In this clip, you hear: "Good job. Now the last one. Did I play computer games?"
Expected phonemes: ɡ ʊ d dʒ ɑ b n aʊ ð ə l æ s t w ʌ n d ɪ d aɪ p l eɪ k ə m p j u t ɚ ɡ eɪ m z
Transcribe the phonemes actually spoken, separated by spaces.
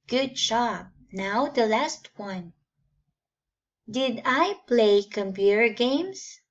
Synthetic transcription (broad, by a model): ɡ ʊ d ʃ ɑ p n aʊ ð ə l æ s t w ʌ n d ɪ d aɪ p l eɪ k ə m p j u t ɚ ɡ eɪ m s